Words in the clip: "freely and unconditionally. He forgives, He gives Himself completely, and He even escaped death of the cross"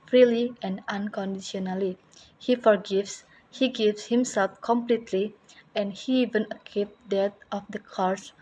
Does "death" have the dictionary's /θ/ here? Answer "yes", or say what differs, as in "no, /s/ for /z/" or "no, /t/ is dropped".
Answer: no, /t/ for /θ/